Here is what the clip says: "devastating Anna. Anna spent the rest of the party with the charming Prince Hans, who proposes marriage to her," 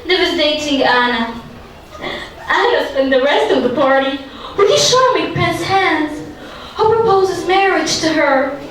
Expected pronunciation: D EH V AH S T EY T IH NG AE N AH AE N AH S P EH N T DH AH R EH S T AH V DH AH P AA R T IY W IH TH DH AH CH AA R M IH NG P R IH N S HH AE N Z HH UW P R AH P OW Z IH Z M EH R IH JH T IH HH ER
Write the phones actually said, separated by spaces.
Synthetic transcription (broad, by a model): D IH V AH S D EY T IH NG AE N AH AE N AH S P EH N DH AH R EH S T AH V DH AH P AA R T IY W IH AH SH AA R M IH P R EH S HH AE N Z HH UW P R AH P OW Z IH Z M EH R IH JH T IH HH ER